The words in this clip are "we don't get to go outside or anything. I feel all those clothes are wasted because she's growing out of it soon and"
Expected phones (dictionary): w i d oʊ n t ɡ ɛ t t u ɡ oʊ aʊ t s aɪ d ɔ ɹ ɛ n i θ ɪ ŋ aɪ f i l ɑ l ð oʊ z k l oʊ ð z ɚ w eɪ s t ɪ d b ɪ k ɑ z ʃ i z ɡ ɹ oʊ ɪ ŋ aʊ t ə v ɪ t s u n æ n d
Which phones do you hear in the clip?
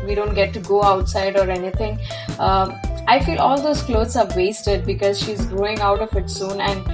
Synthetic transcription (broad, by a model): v i d oʊ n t ɡ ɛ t t u ɡ oʊ aʊ t s aɪ d ɔ ɹ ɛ n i t ɪ ŋ aɪ f i l ɑ l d oʊ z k l oʊ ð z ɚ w eɪ s t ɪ d b ɪ k ɑ z ʃ i z ɡ ɹ oʊ ɪ ŋ aʊ t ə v ɪ t s u n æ n d